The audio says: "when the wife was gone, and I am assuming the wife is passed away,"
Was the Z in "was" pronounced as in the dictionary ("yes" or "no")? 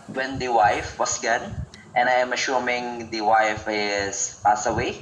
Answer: no